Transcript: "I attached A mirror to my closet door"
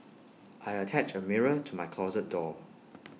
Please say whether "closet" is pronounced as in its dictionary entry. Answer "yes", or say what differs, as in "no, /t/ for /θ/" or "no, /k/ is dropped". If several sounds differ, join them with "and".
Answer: yes